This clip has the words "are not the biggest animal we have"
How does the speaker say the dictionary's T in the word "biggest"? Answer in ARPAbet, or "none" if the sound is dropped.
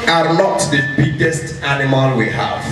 T